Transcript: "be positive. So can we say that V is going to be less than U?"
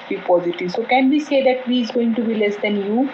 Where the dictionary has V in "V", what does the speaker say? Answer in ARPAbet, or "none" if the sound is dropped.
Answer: V